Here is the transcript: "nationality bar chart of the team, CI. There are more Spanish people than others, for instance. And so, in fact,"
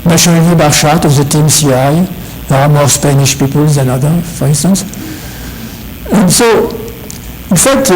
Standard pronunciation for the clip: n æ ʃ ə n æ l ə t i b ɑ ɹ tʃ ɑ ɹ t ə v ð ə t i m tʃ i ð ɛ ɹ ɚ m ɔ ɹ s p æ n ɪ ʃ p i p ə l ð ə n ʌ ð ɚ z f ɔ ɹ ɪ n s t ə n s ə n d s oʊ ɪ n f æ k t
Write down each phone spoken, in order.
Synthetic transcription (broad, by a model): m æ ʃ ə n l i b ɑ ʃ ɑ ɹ t ə v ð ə t i m s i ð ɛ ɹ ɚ m ɔ ɹ s p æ n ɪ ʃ p i p ə l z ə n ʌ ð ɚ f ɔ ɹ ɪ n s t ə n s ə n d s oʊ ɪ n f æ k t